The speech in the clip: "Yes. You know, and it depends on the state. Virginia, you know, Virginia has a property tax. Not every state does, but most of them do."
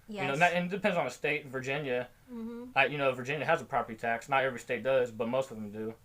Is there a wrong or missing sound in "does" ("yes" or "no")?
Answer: no